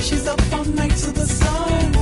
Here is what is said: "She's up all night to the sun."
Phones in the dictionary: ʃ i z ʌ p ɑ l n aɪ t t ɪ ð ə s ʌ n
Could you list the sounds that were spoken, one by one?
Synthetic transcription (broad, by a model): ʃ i z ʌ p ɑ n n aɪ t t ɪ ð ə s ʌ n